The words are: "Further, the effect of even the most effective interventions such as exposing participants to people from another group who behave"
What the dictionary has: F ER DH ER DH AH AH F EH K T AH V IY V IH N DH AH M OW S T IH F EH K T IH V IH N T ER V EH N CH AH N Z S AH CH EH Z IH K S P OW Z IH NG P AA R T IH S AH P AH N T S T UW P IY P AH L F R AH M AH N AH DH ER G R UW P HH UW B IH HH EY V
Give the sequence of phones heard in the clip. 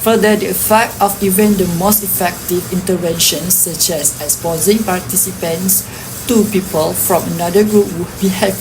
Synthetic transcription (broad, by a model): F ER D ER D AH AH F EH K T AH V IY V IH N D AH M OW S T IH F EH K T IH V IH N T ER V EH N SH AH N S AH CH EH S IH S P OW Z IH NG P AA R T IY S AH P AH N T S T UW P IY P AH L F R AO M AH N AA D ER G R UW P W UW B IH HH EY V